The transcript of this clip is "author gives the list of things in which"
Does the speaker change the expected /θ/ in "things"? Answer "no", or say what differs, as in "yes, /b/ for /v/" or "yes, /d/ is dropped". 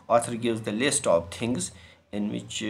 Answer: yes, /t/ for /θ/